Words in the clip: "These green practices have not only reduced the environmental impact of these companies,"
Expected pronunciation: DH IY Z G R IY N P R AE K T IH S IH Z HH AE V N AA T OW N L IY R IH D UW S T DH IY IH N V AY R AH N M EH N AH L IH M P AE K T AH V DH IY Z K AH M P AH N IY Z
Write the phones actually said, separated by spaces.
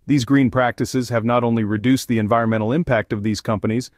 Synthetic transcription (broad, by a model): DH IY Z G R IY N P R AE K T IH S IH Z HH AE V N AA T OW N L IY R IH D UW S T DH IY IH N V AY R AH N M EH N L IH M P AE K T AH V DH IY Z K AH M P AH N IY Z